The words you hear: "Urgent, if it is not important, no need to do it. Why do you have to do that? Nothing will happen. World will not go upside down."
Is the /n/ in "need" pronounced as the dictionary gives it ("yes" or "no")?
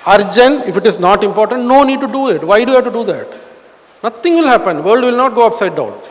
yes